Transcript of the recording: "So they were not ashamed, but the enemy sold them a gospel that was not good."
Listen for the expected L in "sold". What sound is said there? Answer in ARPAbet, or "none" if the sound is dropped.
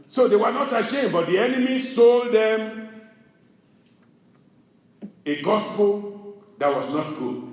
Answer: L